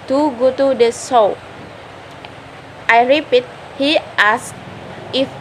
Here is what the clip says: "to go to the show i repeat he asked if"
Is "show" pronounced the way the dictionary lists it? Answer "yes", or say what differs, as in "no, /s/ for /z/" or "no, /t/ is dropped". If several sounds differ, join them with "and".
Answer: no, /s/ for /ʃ/